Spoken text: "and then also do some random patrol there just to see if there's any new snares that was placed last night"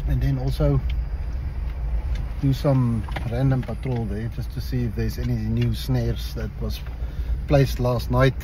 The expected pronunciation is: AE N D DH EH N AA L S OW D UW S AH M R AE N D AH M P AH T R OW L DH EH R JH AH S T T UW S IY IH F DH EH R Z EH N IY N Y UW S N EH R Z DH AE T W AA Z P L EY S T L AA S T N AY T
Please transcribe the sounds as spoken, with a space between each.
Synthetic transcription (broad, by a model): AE N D DH EH N AA L S OW D UW S AH M R AE N D AH M P AH T R OW L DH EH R JH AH S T T UW S IY IH F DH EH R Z EH N IY N Y UW S N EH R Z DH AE T W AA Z P L EY S T L AA S T N AY T